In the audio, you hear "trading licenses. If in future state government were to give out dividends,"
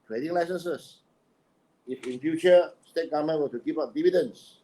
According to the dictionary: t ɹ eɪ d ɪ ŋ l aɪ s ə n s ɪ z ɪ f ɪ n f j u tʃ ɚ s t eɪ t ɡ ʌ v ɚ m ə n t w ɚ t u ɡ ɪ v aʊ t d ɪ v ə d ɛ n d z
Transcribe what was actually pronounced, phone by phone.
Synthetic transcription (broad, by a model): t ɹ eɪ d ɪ ŋ l aɪ s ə n s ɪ s ɪ f ɪ n f j u tʃ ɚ s t eɪ t ɡ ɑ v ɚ m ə n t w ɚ t u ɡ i p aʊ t d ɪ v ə d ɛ n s